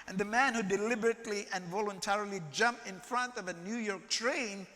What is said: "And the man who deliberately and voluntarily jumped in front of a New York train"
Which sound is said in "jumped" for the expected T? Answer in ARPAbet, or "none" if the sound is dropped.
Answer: none